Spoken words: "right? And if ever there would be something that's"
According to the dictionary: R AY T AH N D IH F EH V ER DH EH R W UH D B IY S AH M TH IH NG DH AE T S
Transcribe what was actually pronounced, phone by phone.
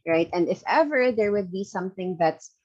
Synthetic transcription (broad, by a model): R AY T AH N D IH F EH V ER DH EH R W UH D B IY S AH M TH IH NG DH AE T S